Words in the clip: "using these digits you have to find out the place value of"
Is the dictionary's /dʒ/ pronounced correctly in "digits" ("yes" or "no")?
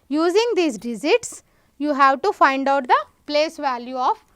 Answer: no